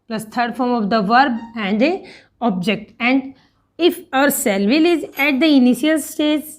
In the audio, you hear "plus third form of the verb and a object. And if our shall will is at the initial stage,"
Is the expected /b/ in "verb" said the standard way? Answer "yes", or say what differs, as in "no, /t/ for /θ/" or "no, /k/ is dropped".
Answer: yes